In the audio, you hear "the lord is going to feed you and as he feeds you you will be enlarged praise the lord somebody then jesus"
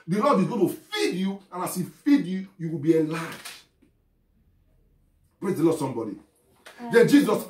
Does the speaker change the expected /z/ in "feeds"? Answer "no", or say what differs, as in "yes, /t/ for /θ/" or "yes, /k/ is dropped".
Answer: yes, /z/ is dropped